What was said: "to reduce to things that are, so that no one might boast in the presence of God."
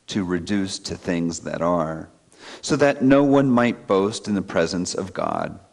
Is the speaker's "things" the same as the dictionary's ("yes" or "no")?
yes